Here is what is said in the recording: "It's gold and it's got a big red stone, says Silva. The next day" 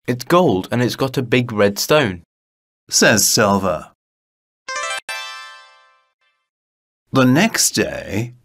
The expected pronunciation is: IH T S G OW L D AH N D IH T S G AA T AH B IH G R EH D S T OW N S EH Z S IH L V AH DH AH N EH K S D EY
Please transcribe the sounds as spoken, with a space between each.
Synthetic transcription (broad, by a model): IH T S G OW L D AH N IH T S G AA T AH B IH G R EH D S T OW N S EH Z S IH L V AH DH AH N EH K S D EY